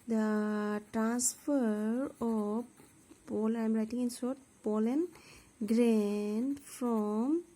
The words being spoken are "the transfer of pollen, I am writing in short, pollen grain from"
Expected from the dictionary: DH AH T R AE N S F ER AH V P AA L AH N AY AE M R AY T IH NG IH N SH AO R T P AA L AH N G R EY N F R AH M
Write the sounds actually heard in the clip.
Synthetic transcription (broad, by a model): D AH T R AE N S F ER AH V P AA L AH IH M R AY T IH NG IH N S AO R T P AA L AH N G R EY N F R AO M